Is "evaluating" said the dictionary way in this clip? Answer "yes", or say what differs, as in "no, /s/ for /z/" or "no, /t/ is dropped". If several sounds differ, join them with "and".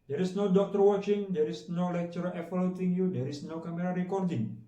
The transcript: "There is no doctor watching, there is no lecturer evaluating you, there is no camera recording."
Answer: no, /f/ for /v/